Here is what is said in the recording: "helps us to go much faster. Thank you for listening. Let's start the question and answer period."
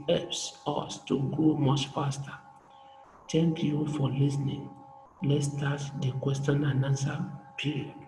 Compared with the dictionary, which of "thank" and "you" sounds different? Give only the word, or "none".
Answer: thank